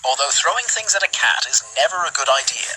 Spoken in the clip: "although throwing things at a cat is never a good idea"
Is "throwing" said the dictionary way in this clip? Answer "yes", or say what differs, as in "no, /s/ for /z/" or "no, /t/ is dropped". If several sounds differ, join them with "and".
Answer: yes